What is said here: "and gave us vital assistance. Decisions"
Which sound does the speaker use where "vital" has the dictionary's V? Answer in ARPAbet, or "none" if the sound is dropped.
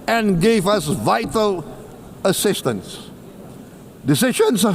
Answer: V